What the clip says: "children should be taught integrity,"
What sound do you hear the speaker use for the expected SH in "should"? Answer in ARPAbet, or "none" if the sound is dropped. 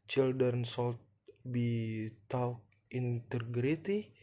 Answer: S